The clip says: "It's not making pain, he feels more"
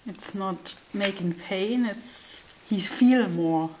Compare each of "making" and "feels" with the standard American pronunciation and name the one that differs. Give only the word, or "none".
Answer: feels